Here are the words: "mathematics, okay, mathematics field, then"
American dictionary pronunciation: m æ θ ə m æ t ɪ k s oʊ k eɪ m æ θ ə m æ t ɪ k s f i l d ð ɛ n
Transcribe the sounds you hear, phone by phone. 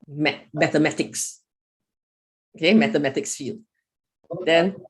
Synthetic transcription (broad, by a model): m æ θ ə m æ t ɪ k s oʊ k eɪ m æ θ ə m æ t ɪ k s f i l d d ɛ n